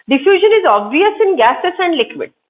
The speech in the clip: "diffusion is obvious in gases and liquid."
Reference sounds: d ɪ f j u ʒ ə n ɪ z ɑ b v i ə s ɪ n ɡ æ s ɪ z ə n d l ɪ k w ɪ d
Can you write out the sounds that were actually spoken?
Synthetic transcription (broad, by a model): d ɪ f j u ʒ ə n ɪ z ɑ b v i ə s ɪ n ɡ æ s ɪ s ə n d l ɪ k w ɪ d